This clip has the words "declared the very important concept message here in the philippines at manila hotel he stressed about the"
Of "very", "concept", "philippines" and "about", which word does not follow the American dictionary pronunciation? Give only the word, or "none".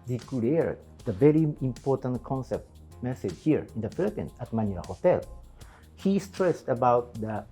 philippines